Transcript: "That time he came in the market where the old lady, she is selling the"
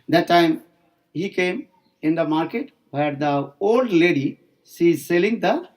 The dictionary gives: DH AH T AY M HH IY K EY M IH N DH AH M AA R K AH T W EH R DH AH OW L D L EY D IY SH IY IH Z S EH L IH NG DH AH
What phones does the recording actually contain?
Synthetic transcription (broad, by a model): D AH T AY M HH IY K EY M IH N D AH M AA R K AH T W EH R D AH OW L D L EY D IY S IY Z S EH L IH NG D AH